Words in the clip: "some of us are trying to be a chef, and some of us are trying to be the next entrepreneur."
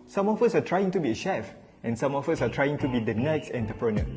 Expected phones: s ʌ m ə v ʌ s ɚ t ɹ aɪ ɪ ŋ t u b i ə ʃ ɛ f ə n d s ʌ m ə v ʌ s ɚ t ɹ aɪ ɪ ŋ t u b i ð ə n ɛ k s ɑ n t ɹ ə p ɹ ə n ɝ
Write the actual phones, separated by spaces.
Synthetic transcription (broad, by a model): s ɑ m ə f ʌ s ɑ t ɹ aɪ ɪ ŋ t u b i ə ʃ ɛ f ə n s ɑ m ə f ʌ s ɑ t ɹ aɪ ɪ ŋ t u b i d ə n ɛ k s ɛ n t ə p ɹ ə n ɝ